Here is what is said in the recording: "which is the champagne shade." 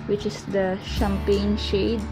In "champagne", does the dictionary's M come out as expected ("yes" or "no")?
yes